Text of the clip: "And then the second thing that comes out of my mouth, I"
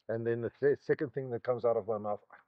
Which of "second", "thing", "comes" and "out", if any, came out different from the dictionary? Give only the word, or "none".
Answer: none